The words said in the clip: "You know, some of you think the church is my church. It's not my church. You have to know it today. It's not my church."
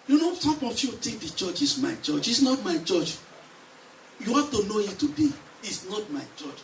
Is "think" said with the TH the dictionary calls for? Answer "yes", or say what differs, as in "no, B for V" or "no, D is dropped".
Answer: no, T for TH